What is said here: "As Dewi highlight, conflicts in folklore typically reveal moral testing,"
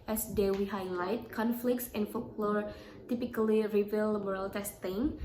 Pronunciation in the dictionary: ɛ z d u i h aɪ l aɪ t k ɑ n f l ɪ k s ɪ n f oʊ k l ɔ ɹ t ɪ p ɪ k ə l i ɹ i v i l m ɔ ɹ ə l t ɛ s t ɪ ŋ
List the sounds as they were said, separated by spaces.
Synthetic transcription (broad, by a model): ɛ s d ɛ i h aɪ l aɪ t k ɑ n f l ɪ k s ɪ n f oʊ k l ɔ ɹ t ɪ p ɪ k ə l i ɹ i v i l m ɔ ɹ ə l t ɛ s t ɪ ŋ